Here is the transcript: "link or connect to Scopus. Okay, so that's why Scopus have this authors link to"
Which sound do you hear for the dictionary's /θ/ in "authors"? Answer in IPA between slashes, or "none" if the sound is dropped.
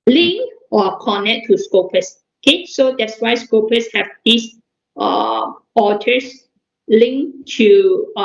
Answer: /t/